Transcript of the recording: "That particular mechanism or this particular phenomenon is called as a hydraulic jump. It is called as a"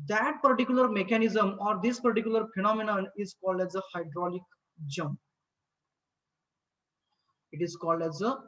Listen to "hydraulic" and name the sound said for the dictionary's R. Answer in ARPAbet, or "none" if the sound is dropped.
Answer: R